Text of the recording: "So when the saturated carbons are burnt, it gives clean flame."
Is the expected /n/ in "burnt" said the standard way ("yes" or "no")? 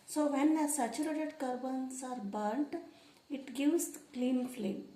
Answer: yes